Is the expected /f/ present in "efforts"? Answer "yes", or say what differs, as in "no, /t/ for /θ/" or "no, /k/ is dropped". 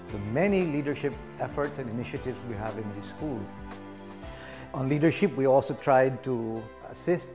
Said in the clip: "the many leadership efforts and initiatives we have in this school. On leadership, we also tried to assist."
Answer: yes